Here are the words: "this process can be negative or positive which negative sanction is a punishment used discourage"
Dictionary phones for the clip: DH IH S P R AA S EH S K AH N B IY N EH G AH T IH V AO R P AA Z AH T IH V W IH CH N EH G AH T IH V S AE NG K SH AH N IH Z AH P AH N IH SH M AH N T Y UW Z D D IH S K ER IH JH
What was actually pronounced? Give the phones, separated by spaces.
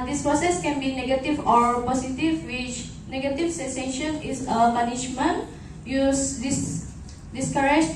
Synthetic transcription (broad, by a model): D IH S P R AA S EH S K AH N B IY N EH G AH T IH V AO R P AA S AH T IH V W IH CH N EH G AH T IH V S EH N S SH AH N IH S AH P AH N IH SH M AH N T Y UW S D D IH S K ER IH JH